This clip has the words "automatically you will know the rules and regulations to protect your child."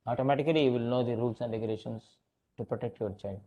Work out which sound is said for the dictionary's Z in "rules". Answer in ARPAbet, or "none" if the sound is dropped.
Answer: S